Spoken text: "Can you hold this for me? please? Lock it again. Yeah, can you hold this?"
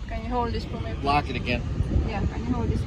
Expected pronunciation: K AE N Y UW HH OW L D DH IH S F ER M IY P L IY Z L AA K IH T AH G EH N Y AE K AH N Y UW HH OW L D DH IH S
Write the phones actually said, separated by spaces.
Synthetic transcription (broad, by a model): K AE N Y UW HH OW L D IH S P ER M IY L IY L AA K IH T AH G EH N Y AE K AH N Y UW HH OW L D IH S